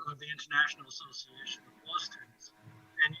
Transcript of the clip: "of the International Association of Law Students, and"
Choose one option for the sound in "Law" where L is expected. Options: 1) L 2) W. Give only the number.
2